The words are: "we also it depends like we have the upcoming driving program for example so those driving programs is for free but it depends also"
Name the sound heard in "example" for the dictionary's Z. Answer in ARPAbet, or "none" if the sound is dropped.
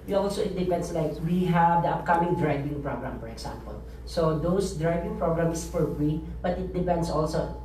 S